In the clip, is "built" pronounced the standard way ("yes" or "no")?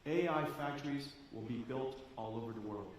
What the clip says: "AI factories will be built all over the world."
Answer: yes